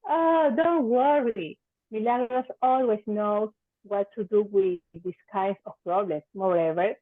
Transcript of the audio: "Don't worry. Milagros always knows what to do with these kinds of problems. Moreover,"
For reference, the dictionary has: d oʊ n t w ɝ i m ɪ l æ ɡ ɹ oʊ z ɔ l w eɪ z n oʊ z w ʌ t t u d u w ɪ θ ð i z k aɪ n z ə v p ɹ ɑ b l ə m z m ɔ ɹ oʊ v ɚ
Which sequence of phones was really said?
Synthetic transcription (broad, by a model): d oʊ n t w ɝ i m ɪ l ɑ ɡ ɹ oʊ s ɔ l w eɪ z n oʊ w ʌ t t u d u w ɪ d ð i s k aɪ n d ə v p ɹ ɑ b l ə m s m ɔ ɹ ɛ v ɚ